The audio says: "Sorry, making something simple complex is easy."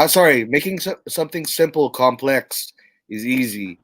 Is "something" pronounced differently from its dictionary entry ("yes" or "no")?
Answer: no